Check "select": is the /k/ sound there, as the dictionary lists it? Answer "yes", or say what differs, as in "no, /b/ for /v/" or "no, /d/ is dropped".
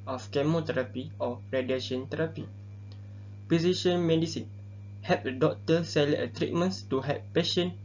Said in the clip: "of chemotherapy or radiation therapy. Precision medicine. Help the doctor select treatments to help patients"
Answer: no, /k/ is dropped